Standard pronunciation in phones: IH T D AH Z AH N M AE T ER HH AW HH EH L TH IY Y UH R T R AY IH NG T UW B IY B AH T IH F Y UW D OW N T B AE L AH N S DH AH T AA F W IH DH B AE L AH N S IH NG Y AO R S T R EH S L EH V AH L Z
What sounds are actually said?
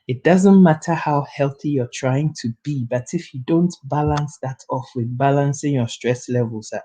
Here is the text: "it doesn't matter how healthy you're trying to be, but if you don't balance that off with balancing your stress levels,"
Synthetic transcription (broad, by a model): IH T D AH Z AH N M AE T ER HH AW HH EH L TH IY Y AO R T R AY IH NG T UW B IY B AH T IH F Y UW D OW N T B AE L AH N S DH AH T AA F W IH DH B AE L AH N S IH NG Y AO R S T R EH S L EH V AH L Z